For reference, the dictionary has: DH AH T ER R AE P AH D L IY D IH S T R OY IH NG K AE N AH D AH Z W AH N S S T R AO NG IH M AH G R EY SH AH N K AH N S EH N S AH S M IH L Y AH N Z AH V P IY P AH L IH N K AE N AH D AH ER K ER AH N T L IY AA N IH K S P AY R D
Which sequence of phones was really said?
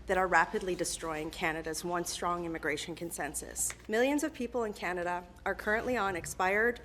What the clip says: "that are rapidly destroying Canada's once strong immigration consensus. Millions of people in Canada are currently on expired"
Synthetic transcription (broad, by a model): DH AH T ER R AE P AH D L IY D IH S T R OY IH NG K AE N AH D AH Z W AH N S S T R AO NG IH M AH G R EY SH AH N K AH N S EH N S AH S M IH L Y AH N Z AH V P IY P L IH N K AE N AH D AH ER K ER AH N T L IY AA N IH K S P AY R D